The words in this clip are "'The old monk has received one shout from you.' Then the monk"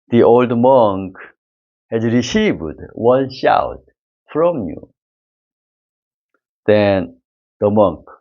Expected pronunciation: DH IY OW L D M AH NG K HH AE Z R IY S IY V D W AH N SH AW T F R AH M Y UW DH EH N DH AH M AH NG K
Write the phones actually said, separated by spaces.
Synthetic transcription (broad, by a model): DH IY OW L D M AH NG K HH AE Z R IY S IY V D W AH N SH AW T F R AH M Y UW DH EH N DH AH M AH NG K